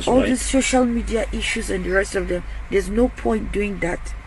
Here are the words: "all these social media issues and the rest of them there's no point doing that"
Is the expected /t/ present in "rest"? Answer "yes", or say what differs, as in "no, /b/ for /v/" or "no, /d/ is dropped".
yes